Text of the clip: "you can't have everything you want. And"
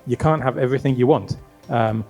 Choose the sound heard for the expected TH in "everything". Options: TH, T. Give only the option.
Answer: TH